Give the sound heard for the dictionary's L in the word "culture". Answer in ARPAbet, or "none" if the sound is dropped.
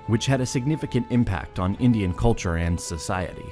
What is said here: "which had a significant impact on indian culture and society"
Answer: L